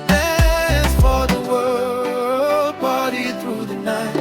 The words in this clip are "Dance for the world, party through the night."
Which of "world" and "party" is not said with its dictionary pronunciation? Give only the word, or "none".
party